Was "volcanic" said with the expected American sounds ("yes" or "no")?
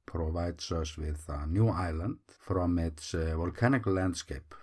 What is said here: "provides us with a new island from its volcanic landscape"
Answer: yes